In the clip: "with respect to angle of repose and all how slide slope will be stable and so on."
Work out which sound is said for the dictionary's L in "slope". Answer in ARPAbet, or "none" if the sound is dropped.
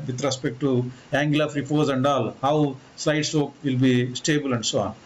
none